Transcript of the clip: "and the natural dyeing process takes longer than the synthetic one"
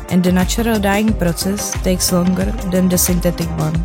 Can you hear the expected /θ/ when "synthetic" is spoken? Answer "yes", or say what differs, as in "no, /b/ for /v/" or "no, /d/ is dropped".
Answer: no, /t/ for /θ/